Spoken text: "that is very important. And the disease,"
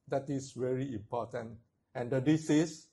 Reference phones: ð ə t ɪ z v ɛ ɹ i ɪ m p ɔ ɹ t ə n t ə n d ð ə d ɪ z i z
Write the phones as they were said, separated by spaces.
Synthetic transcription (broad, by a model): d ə t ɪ s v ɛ ɹ i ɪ m p ɔ t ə n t ə n d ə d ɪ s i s